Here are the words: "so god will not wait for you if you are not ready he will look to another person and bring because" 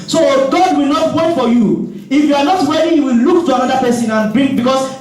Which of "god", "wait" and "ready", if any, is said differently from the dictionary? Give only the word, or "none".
ready